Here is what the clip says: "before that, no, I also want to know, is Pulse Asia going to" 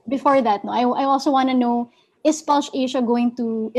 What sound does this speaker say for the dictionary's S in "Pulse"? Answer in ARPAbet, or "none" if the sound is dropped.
SH